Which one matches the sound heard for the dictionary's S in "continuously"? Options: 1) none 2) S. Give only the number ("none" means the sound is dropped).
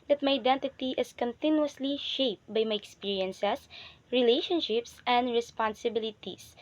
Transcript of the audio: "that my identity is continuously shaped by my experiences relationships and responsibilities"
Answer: 2